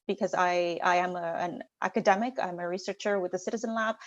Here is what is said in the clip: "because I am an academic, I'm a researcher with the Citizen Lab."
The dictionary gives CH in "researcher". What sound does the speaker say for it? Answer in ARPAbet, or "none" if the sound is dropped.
CH